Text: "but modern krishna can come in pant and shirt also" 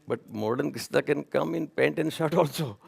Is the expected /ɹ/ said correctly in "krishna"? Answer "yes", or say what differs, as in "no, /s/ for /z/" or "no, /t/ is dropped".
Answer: no, /ɹ/ is dropped